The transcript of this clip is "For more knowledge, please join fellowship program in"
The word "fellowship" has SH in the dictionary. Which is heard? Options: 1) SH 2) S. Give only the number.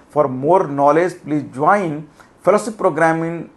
2